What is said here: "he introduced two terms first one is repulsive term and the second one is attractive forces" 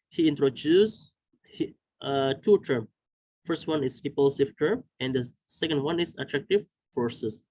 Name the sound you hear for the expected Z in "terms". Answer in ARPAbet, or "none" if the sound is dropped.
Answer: none